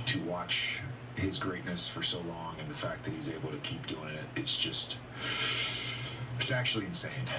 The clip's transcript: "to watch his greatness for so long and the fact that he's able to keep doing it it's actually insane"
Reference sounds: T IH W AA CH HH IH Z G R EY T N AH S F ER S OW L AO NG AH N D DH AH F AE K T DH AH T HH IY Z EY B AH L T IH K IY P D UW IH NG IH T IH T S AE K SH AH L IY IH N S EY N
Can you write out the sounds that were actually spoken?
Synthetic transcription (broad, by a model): T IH W AA CH HH IH Z G R EY T N AH S F ER S OW L AO NG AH N DH AH F AE K DH AH T HH IY Z EY B L T IH K IY P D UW IH NG IH T IH T S AE K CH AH L IY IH N S EY N